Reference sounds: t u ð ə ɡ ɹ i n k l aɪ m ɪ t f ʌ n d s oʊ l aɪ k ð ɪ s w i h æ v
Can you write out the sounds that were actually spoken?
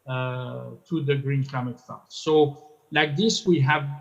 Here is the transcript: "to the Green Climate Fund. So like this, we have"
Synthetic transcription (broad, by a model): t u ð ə ɡ ɹ i n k aɪ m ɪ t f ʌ s oʊ l aɪ k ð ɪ s w i h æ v